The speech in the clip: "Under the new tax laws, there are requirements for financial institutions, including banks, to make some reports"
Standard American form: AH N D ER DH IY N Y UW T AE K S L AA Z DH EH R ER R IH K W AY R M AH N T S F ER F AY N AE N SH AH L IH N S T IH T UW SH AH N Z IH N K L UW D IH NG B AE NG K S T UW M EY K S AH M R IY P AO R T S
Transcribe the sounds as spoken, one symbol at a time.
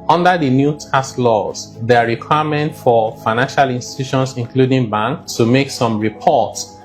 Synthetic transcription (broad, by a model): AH N D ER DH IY N Y UW T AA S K L AA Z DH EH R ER R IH K W AY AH M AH N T F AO F AY N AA N SH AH L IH N S T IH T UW SH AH N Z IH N K L UW D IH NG B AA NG K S T UW M EY K S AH M R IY P AO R T S